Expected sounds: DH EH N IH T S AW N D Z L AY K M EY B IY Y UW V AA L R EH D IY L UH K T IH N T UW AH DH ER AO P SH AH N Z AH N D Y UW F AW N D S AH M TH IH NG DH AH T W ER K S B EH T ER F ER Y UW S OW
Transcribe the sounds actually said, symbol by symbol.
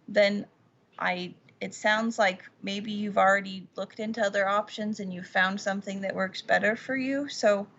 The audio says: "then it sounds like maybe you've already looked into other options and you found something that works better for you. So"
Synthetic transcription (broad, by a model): DH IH N IH T S AW N D Z L AY K M EY B IY Y UW V L R EH D IY L UH K T IH N T UW AH DH ER AO P SH AH N Z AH N Y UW F AW N D S AH M TH IH NG DH AH T W ER K S B EH T ER F ER Y UW S OW